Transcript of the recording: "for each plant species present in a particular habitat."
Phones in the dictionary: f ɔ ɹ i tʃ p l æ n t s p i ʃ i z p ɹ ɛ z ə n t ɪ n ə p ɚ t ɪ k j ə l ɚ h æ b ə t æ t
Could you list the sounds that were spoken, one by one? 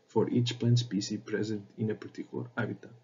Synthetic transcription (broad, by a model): f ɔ ɹ i tʃ p l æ n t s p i s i p ɹ ɛ z ə n t ɪ n ə p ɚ t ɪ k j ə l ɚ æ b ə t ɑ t